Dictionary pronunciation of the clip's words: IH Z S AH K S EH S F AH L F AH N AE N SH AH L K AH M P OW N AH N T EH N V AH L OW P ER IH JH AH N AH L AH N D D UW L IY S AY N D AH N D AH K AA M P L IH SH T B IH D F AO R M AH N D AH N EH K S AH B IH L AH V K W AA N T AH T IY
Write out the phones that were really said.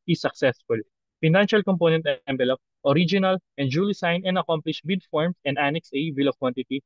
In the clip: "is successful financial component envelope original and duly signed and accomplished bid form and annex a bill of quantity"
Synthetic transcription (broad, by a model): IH S AH K S EH S F AH L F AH N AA N SH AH L K AH M P OW N AH N T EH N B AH L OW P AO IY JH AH N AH L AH N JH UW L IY S AY N AH N D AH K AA M P L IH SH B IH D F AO R M AH N D AH N EH K S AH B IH L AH K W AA N T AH T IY